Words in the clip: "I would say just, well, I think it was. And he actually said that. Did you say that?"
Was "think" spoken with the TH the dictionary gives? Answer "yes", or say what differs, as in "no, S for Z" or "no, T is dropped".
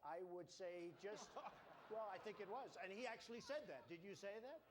yes